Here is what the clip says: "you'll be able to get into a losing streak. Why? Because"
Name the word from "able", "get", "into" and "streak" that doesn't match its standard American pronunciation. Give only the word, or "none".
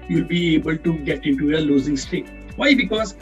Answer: streak